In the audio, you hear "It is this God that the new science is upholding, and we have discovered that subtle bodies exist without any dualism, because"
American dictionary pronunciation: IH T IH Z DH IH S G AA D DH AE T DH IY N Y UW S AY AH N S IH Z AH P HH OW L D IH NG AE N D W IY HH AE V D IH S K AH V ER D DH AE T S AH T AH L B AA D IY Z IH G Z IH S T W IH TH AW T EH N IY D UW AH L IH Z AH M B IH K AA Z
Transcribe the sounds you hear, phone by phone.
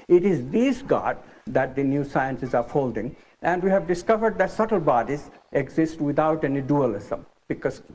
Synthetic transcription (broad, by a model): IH T IH Z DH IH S G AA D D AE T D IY N Y UW S AY AH N S IH Z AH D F OW L D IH NG AE N D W IY HH AE V D IH S K AH V ER D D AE T S AH T AH L B AA D IY Z IH G Z IH S T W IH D AW T EH N IY D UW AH L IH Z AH M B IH K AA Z